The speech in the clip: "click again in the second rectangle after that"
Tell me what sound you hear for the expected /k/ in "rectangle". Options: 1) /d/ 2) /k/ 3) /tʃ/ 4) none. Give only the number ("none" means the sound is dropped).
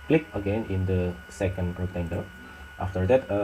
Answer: 4